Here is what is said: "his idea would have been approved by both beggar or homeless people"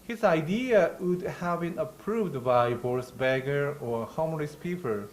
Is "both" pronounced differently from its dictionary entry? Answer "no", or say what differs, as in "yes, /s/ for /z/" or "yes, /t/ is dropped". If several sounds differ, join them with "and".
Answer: yes, /s/ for /θ/